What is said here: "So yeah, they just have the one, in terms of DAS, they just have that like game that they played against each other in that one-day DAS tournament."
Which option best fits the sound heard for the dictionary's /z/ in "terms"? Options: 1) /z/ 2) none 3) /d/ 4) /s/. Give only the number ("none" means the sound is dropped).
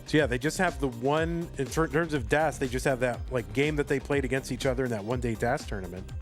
1